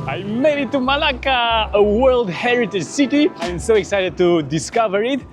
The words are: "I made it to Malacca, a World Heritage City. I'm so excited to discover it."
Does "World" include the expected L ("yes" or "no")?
yes